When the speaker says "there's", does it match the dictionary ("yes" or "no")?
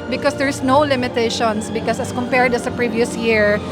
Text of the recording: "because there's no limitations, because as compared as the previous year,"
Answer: no